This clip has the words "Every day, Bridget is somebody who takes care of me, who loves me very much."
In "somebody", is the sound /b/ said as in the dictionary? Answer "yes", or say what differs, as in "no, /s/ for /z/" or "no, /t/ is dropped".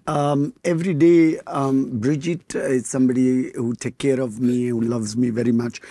yes